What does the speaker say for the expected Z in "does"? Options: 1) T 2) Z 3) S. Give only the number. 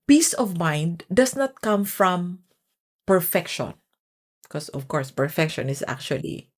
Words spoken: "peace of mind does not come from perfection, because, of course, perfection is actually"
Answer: 3